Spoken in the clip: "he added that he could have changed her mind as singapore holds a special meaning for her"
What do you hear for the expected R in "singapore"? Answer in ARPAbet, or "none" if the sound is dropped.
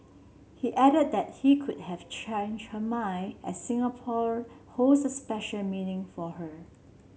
R